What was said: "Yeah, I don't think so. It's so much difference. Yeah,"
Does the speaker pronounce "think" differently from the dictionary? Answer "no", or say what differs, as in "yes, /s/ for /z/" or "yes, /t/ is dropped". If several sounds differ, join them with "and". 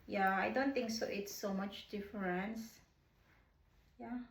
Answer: yes, /t/ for /θ/